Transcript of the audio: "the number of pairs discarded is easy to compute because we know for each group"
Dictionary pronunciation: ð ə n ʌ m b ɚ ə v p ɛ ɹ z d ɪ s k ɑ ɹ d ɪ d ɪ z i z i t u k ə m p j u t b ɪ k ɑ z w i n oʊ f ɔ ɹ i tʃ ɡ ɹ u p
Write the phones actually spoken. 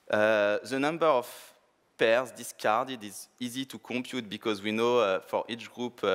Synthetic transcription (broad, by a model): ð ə n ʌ m b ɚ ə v p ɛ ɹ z d ɪ s k ɑ ɹ d ɪ d ɪ z i z i t u k ə m p j u t b ɪ k ɑ z w i n oʊ f ɔ ɹ i tʃ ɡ ɹ u p